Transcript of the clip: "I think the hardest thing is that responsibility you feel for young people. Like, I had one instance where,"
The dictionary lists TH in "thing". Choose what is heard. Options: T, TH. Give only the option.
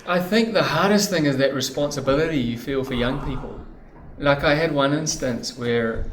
TH